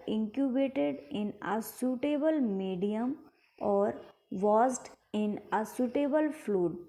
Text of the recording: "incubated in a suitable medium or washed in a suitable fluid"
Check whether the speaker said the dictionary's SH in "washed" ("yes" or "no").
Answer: no